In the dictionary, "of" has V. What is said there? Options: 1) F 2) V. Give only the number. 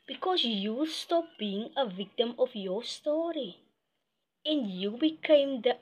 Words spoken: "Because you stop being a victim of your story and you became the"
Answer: 1